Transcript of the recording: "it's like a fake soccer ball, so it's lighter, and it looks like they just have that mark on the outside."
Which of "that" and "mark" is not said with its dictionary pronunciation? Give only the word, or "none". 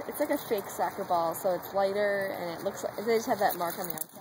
none